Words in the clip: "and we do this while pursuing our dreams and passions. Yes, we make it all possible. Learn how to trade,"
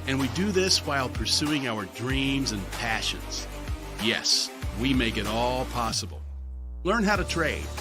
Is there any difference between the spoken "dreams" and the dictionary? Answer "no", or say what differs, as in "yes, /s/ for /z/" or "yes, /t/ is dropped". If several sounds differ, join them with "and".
no